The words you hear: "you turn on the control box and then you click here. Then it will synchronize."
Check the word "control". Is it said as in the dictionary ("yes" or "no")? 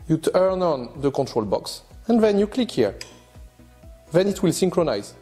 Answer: yes